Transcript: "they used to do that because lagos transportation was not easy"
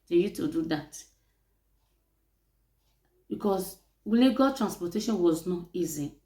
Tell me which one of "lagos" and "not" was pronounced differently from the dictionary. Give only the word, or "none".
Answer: lagos